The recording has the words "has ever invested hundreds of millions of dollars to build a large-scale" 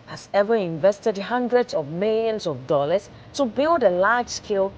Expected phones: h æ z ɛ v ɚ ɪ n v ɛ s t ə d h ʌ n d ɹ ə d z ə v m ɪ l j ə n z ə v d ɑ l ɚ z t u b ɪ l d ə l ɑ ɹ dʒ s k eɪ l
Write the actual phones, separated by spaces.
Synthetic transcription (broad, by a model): h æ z ɛ v ɚ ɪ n v ɛ s t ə d h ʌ n d ɹ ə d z ə v m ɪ l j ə n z ə v d ɑ l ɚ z t u b ɪ l d ə l ɑ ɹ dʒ s k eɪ l